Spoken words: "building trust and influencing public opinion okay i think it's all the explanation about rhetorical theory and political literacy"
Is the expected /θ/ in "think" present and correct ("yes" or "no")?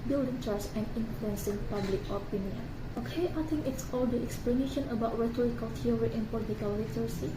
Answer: no